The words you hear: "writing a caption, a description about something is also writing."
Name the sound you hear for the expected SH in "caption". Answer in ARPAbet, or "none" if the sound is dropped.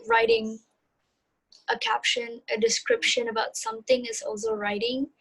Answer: SH